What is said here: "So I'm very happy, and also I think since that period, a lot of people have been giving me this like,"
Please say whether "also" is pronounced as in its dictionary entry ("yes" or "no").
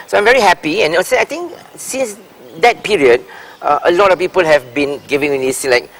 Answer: no